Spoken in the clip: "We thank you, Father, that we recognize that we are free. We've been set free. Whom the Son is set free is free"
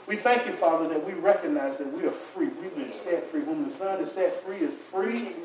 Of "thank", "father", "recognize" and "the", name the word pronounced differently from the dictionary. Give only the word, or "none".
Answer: none